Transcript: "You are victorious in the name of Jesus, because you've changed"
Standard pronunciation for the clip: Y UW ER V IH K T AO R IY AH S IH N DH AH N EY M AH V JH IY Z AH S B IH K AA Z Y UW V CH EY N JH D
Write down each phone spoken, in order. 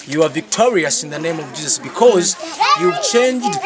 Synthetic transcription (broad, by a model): Y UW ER V IH K T AO R IY AH S IH N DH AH N EY M AH V JH IY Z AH S B IH K AA Z Y UW V CH EY N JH D